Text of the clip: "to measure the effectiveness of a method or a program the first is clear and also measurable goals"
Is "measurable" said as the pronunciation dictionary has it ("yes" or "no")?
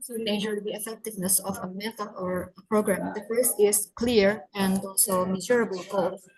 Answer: no